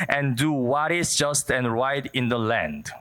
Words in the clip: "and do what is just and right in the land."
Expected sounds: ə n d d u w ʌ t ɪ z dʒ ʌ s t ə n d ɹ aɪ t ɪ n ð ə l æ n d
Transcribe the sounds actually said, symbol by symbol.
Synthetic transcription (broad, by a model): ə n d d u w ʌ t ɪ s dʒ ʌ s t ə n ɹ aɪ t ɪ n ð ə l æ n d